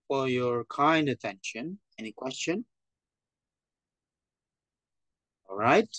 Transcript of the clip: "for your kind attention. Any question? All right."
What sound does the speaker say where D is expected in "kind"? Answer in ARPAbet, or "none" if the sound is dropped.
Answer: D